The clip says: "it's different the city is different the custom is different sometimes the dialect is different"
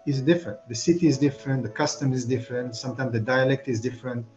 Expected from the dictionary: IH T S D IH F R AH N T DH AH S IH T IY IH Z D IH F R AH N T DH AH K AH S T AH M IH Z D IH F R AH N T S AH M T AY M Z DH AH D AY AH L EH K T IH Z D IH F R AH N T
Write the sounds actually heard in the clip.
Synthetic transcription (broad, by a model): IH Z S D IH F R AH N T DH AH S IH T IY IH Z D IH F R AH N T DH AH K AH S T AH M IH Z D IH F R AH N T S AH M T AY M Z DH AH D AY AH L EH K T IH Z D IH F R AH N T